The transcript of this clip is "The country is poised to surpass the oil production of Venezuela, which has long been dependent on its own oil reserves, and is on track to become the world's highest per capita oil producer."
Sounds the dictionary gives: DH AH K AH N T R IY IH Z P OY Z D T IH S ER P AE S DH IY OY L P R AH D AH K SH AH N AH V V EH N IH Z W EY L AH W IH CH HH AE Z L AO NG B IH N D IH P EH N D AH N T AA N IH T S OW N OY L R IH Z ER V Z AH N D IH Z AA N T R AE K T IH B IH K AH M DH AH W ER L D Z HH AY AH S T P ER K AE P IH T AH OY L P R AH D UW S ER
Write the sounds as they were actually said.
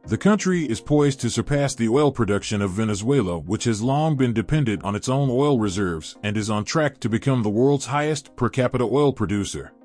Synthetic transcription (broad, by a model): DH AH K AH N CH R IY IH Z P OY Z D T IH S ER P AE S DH IY OY L P R AH D AH K SH AH N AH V V EH N IH Z W EY L AH W IH CH HH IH Z L AO NG B IH N D IH P EH N D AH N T N IH T S OW N OY L R IH Z ER V Z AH N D IH Z N T R AE K T IH B IH K AH M DH AH W ER L D Z HH AY AH S T P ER K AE P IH T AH OY L P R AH D UW S ER